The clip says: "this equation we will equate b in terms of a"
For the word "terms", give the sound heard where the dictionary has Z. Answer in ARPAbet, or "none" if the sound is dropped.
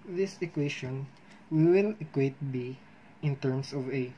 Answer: S